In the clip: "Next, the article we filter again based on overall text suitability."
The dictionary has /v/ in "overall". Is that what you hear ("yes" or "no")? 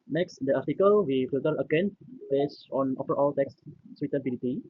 no